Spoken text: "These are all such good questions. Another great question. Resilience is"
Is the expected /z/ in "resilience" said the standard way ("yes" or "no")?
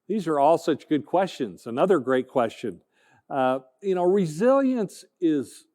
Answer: yes